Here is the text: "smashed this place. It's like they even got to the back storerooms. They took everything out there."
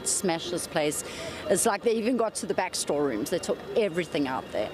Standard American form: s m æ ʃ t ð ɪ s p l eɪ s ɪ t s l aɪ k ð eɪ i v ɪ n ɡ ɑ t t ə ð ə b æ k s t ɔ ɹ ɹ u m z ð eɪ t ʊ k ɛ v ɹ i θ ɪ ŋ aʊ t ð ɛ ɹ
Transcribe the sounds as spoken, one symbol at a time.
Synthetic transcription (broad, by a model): s m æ ʃ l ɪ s p l eɪ s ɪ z l aɪ k ð eɪ i v ɪ n ɡ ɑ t t ə ð ə b æ k s t ɔ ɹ ɹ u m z ð eɪ t ʊ k ɛ v ɹ i θ ɪ ŋ aʊ t ð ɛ